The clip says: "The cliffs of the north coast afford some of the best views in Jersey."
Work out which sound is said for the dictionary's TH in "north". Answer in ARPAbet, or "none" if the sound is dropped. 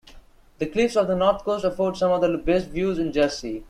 T